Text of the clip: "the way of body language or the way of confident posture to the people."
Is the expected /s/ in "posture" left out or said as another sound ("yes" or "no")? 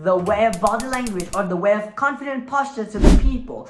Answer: no